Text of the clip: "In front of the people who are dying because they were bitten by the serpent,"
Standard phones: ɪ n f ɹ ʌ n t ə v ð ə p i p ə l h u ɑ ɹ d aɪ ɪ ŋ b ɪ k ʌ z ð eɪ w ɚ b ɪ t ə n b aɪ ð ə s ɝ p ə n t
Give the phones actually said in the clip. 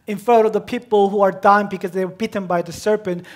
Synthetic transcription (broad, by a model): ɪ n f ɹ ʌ t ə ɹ ð ə p i p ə l h u ɑ ɹ d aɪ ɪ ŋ b ɪ k ʌ z ð eɪ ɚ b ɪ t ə n b aɪ ð ə s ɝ p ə n t